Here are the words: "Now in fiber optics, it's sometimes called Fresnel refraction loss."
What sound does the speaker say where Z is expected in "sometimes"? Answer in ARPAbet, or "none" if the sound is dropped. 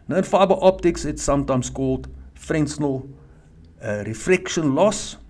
S